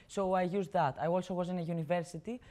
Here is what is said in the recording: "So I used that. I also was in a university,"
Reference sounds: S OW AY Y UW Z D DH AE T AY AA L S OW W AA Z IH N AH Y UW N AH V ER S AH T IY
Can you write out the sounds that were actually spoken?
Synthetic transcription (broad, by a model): S OW AY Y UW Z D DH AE T AY AA L S OW W AA Z IH N AH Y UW N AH V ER S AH T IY